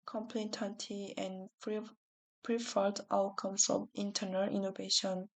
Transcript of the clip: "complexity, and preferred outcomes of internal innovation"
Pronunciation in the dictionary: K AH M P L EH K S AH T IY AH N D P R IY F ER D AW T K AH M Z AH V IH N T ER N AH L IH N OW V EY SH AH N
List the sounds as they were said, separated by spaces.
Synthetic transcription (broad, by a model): K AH M P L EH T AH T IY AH N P R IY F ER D AW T K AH M S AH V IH N T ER N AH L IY N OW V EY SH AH N